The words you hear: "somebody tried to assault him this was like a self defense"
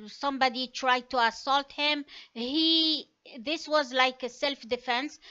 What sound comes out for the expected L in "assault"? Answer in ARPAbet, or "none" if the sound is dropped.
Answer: L